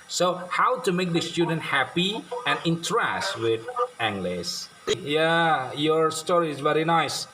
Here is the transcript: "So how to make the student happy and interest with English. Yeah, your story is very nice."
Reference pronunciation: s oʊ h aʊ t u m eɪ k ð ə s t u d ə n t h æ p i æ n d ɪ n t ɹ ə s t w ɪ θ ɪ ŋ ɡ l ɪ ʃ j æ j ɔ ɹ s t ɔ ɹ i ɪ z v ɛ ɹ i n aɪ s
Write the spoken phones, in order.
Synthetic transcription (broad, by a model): s oʊ h aʊ t u m eɪ k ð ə s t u d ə n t h æ p i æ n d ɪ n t ɹ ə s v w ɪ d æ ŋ ɡ l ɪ s j æ j ɔ ɹ s t ɔ ɹ i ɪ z v ɛ ɹ i n aɪ s